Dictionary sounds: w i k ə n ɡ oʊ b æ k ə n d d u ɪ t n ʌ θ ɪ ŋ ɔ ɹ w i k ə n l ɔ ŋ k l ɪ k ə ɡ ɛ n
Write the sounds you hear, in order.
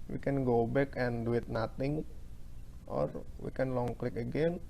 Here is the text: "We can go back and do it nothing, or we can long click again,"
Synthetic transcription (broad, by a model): w i k ə n ɡ oʊ b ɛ k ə n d d u ɪ t n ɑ t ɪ ŋ ɔ ɹ w i k ə n l ɔ ŋ k l ɪ k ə ɡ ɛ n